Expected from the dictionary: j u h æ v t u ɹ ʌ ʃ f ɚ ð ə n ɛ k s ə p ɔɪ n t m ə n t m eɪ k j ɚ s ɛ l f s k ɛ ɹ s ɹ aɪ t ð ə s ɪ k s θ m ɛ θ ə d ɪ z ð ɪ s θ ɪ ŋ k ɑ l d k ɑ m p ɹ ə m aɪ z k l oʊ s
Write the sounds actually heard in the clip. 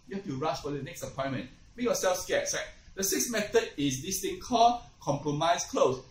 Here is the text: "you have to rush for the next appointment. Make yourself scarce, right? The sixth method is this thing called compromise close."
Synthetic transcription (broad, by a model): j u h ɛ f t u ɹ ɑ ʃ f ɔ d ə n ɛ k s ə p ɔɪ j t m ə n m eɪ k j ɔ s ɛ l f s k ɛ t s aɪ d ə s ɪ k s m ɛ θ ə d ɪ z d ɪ s t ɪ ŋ k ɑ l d k ɑ m p ɹ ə m aɪ s k l oʊ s